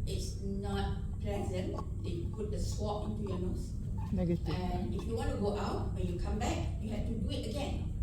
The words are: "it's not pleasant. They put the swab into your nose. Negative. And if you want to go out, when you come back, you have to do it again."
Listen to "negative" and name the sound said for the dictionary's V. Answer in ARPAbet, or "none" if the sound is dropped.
none